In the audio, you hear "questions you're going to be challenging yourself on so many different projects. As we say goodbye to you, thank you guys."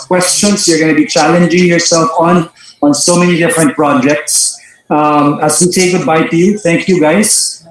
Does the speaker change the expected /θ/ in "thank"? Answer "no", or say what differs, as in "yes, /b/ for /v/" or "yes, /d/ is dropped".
yes, /t/ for /θ/